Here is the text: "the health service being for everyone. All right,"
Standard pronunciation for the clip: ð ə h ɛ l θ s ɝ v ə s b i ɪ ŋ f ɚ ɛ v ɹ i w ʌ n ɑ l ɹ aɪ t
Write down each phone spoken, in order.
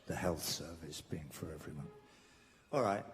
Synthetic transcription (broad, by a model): ð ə h ɛ l θ s ɝ v ə s b i ɪ ŋ f ɚ ɛ v ɹ i w ʌ n ɑ l ɹ aɪ t